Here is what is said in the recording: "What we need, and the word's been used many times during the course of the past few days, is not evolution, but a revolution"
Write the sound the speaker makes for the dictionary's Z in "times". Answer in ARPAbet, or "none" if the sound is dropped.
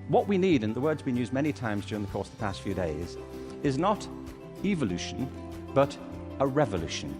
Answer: Z